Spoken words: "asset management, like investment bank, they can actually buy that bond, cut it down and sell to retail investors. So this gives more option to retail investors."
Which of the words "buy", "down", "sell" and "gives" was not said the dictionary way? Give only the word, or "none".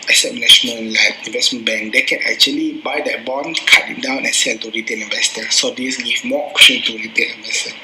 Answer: gives